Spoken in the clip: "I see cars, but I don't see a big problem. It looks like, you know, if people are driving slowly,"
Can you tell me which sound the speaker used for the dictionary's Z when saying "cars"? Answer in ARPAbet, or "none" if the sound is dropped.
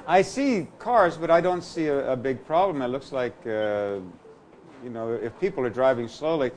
Z